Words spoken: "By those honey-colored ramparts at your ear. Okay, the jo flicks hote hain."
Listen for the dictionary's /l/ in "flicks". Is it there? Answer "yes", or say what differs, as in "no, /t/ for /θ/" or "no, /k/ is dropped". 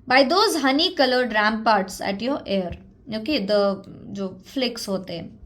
yes